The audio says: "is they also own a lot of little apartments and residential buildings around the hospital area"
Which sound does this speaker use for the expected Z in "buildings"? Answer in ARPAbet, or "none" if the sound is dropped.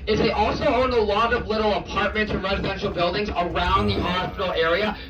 Z